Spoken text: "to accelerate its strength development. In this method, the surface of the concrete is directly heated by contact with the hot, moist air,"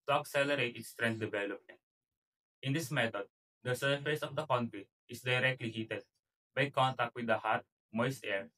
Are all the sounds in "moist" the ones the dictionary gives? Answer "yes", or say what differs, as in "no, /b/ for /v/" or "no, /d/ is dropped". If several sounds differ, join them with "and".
no, /t/ is dropped